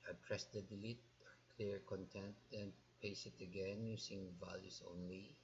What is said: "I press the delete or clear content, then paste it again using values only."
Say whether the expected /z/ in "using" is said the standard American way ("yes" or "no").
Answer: no